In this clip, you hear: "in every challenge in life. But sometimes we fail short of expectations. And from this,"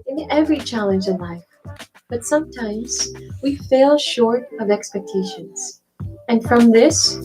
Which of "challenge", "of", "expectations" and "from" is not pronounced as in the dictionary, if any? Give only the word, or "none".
none